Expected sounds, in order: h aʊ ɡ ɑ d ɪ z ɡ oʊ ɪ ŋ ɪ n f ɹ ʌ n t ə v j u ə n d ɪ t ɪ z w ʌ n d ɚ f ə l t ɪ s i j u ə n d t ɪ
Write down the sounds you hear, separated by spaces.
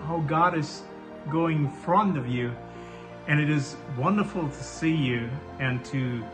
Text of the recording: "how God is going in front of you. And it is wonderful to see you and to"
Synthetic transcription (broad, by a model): h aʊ ɡ ɑ d ɪ z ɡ oʊ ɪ ɪ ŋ f ɹ ʌ n t ə v j u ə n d ɪ t ɪ z w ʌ n d ɚ f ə l t ɪ s i j u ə n t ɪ